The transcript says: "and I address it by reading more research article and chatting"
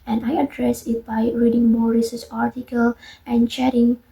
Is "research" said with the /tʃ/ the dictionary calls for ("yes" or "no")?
no